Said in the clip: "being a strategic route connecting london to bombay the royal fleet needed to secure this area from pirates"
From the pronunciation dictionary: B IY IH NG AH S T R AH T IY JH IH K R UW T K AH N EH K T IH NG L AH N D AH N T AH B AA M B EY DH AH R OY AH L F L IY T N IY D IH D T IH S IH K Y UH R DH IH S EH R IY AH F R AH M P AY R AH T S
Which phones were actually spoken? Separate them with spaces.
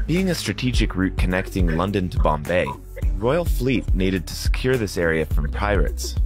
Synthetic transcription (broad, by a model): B IY IH NG AH S T R AH T IY JH IH K R UW T K AH N EH K T IH NG L AH N D AH N T AH B AA M B EY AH R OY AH L F L IY T N IY D IH D T IH S IH K Y UH R DH IH S EH R IY AH F R AH M P AY R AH T S